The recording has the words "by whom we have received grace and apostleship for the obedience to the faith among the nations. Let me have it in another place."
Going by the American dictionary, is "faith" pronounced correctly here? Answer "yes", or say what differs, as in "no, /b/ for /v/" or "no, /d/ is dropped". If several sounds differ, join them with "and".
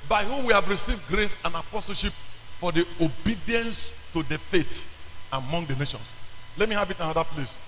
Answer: no, /t/ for /θ/